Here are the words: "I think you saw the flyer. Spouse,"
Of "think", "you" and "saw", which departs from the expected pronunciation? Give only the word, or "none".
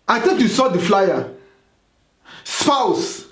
think